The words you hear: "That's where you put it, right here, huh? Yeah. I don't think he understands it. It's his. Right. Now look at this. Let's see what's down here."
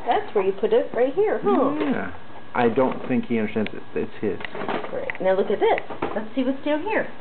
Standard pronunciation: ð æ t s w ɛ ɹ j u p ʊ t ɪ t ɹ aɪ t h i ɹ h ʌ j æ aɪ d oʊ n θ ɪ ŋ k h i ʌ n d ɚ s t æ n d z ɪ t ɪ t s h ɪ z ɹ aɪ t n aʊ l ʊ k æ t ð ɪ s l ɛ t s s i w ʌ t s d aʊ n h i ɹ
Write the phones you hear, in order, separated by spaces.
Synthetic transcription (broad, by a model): ð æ t s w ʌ ɹ j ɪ p ʊ t ɪ t ɹ aɪ t h i ɹ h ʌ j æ aɪ d oʊ n θ ɪ ŋ k h i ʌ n d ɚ s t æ n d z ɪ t ɪ t s h ɪ z ɹ aɪ t n aʊ l ʊ k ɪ t ð ɪ s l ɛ t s s i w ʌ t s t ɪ l h i ɹ